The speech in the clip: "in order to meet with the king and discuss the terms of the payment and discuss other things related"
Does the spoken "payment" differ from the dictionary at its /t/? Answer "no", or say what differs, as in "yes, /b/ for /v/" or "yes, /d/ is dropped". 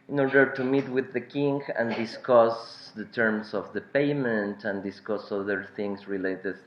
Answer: no